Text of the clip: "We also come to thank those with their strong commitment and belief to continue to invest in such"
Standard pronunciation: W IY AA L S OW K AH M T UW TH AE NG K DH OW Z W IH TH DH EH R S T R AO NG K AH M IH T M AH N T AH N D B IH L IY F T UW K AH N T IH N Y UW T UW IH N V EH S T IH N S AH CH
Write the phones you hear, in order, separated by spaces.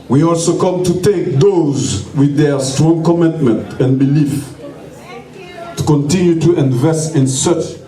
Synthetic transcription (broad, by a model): W IY AA L S OW K AH M T UW T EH K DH OW Z W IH DH EH R S T R AO NG K AH M IH T M AH N T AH N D B IH L IY F T UW K AH N T IH N Y UW T UW IH N V EH S T IH N S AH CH